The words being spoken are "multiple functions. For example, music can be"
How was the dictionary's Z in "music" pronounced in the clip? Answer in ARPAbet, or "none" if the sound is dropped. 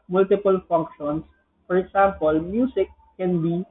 S